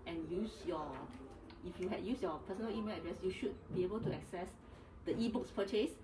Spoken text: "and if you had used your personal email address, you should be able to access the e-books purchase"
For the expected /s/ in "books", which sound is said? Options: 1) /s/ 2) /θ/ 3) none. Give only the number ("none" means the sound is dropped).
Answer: 1